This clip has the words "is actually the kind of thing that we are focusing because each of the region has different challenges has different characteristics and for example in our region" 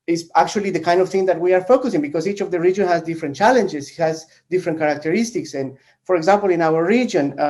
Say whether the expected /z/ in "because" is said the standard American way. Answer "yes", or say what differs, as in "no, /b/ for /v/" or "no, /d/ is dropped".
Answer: no, /s/ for /z/